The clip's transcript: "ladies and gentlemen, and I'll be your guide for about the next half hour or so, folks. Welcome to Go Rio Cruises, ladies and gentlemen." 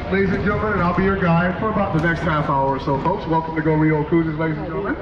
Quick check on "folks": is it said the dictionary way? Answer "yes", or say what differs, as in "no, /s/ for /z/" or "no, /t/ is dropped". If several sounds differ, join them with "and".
yes